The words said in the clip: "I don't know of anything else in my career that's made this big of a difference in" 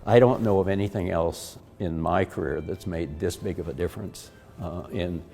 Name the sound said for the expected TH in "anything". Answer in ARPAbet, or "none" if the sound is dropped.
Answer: TH